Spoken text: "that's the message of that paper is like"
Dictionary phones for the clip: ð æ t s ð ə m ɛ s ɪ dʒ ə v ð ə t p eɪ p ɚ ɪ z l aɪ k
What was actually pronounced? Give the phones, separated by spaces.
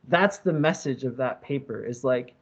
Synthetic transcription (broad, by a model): ð æ t s ð ə m ɛ s ɪ dʒ ə v ð ə t p eɪ p ɚ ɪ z l aɪ k